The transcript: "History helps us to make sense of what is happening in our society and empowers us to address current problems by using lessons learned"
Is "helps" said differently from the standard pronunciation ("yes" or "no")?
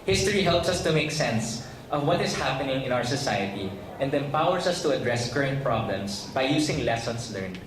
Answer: no